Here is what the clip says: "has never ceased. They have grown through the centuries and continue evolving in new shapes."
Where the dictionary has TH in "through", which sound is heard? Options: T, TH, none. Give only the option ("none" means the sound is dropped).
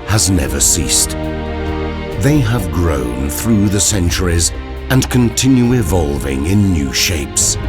TH